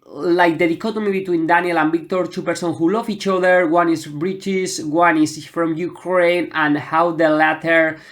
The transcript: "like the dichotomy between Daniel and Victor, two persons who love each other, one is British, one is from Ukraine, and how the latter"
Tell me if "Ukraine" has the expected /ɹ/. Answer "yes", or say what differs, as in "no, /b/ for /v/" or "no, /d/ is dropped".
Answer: yes